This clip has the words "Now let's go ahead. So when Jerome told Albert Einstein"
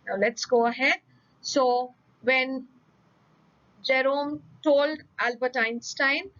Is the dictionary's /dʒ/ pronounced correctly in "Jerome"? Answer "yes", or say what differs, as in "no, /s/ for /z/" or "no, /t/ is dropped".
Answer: yes